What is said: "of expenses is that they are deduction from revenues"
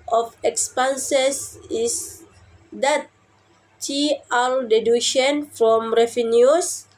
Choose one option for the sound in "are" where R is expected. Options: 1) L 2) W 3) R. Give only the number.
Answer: 1